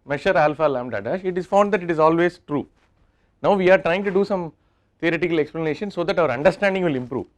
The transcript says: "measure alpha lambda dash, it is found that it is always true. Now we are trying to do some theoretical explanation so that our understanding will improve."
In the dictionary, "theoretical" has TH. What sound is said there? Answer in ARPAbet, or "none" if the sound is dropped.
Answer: T